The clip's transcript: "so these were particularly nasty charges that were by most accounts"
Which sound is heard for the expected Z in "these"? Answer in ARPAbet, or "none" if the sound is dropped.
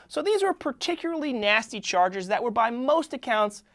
Z